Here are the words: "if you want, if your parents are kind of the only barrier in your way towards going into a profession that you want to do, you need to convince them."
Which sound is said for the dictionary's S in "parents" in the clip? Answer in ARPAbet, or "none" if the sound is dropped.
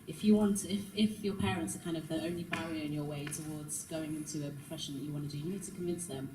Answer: S